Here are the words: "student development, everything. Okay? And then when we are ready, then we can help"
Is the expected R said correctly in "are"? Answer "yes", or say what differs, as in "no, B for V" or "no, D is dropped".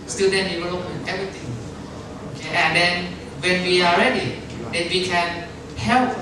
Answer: no, L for R